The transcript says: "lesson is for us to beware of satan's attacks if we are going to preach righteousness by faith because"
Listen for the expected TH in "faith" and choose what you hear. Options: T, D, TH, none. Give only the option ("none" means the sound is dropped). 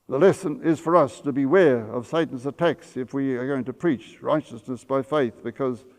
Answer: TH